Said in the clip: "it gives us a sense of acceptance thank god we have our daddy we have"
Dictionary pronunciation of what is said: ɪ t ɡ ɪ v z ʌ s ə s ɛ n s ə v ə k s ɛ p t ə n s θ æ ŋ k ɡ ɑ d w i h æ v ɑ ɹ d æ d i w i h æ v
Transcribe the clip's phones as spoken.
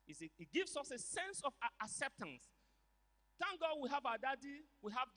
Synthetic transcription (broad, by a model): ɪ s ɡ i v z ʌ s ə s ɛ n s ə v ə k s ɛ p t ə n s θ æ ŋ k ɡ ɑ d w i h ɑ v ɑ d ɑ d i w i h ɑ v